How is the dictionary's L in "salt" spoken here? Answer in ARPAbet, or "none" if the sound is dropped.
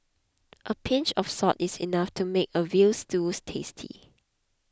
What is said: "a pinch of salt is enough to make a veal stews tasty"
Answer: none